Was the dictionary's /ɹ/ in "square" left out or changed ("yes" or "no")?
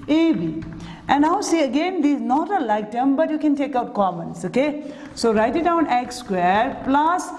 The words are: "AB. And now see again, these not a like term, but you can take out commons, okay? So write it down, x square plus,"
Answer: no